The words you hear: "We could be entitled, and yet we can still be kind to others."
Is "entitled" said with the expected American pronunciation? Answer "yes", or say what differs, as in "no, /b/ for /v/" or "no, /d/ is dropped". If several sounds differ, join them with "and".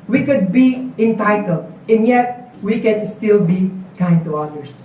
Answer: yes